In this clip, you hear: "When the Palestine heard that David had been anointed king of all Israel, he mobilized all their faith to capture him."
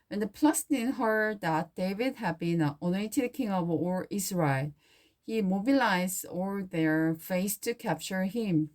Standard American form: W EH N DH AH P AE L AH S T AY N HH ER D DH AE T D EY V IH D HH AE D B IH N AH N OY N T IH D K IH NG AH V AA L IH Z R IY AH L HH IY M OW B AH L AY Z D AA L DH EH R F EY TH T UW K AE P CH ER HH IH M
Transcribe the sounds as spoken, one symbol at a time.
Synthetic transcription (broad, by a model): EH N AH P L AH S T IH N HH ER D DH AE T D EY V IH D HH AE D B IH N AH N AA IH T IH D K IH NG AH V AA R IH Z R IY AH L HH IY M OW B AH L AY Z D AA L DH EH R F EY S T UW K AE P CH ER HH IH M